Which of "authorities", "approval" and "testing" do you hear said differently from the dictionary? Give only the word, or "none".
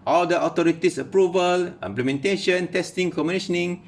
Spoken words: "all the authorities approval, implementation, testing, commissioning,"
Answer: authorities